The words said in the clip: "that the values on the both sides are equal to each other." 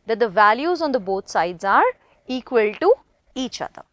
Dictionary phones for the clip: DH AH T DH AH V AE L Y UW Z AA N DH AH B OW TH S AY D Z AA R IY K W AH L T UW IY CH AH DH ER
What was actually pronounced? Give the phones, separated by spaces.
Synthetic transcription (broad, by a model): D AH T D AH V AE L Y UW Z AA N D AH B OW T S AY D Z AA R IY K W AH L T UW IY CH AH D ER